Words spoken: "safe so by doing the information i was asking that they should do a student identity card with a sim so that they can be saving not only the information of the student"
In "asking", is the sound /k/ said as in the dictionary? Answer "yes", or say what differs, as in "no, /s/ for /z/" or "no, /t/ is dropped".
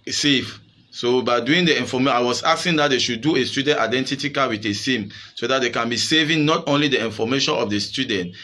no, /k/ is dropped